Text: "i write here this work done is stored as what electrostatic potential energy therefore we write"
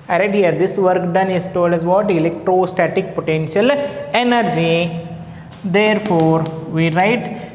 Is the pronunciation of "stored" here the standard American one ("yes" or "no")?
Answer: no